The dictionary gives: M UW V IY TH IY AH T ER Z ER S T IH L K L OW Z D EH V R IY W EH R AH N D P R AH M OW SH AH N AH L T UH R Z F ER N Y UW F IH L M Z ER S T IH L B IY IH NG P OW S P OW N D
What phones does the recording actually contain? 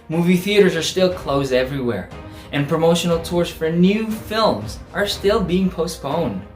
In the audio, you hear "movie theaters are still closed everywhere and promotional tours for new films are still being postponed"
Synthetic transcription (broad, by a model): M UW V IY TH IY AH T ER Z ER S T IH L K L OW Z D EH V R IY W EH R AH N P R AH M OW SH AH N L T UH R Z F ER N Y UW F IH L M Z ER S T IH L B IY IH NG P OW S P OW N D